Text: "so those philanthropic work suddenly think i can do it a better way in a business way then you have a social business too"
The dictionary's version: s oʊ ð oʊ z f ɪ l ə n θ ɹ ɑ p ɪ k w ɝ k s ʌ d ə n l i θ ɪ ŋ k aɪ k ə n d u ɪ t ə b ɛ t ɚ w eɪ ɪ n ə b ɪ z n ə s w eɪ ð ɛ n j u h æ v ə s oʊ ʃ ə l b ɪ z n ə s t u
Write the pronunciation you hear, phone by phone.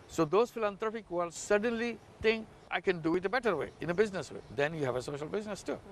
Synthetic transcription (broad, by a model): s oʊ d oʊ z f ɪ l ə n t ɹ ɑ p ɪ k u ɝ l s ʌ d ə n l i t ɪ ŋ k aɪ k ə n d u ɪ t ə b ɛ t ɚ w eɪ ɪ n ə b ɪ z n ə s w eɪ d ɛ n j u h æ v ə s oʊ ʃ ə l b ɪ z n ə s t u